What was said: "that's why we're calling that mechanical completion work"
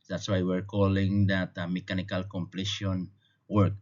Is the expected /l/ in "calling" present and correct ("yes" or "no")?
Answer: yes